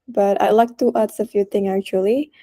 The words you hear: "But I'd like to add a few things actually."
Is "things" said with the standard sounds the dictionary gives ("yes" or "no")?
no